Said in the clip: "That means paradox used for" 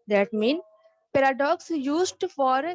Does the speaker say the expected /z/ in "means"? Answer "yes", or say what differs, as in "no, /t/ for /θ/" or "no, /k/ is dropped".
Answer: no, /z/ is dropped